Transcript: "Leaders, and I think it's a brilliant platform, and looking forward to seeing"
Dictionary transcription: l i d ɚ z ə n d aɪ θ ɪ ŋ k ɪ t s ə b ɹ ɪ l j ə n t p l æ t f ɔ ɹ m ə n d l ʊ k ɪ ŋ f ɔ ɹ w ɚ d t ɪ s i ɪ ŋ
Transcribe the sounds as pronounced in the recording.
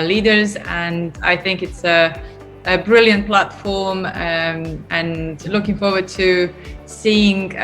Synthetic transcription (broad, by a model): l i d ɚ z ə n aɪ θ ɪ ŋ k ɪ t s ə b ɹ ɪ l j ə n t p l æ t f ɔ ɹ m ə n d l ʊ k ɪ ŋ f ɔ ɹ w ɚ d t ɪ s i ɪ ŋ